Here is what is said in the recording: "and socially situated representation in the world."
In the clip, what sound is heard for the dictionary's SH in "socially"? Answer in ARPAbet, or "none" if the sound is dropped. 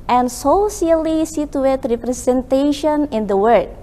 S